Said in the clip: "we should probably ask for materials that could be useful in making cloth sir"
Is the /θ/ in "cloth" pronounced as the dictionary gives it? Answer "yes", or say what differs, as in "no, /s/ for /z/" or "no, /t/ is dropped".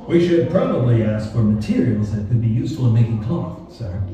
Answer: no, /t/ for /θ/